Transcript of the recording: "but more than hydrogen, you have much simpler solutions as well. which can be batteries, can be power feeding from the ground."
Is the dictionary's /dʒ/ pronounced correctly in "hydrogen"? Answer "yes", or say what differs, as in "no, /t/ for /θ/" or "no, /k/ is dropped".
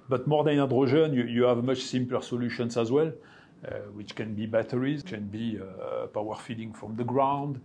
no, /ʒ/ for /dʒ/